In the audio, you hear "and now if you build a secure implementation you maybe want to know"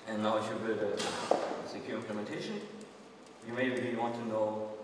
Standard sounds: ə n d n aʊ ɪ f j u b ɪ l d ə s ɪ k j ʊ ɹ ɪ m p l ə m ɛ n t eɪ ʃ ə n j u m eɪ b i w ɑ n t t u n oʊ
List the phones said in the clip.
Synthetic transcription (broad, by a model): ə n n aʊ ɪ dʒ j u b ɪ d ə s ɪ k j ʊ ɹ ɪ m p l ə m ɛ n t eɪ ʃ ə n j u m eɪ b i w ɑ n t t u n oʊ